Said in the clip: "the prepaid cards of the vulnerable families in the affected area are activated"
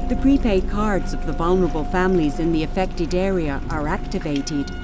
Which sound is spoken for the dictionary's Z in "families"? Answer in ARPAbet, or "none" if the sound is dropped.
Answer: Z